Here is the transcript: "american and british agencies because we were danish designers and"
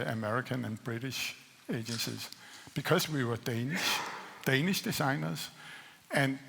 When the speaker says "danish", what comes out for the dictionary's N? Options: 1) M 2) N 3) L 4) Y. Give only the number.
2